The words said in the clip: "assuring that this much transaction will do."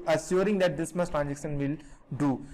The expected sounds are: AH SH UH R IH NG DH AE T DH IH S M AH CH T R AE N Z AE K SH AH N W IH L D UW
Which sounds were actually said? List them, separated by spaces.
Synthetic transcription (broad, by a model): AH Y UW R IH NG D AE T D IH S M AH S T R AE N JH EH K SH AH N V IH L D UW